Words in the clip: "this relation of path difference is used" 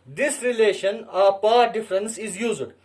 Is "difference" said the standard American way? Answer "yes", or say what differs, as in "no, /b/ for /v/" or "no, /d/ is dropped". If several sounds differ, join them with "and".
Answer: yes